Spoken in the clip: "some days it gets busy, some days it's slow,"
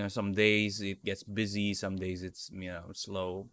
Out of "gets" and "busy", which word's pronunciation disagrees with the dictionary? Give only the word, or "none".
none